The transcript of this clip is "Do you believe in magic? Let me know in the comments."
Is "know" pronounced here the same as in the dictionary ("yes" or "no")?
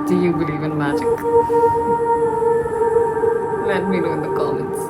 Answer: no